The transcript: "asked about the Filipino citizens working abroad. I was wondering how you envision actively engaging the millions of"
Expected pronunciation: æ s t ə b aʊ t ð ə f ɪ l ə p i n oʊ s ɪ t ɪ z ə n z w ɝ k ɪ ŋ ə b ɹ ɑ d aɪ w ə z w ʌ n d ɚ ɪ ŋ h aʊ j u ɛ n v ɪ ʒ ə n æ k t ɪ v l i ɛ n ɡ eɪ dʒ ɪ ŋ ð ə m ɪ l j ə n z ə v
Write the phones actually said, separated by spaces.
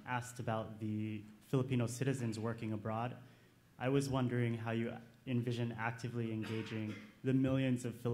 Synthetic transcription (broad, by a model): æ s t ə b aʊ t ð ə f ɪ l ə p i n oʊ s ɪ t ɪ z ə n z w ɝ k ɪ ŋ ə b ɹ ɑ d aɪ w ə z w ʌ n d ɚ ɪ ŋ h aʊ j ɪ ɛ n v ɪ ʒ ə n æ k t ɪ v l i ɛ n ɡ eɪ dʒ ɪ ŋ ð ə m ɪ l j ə n z ə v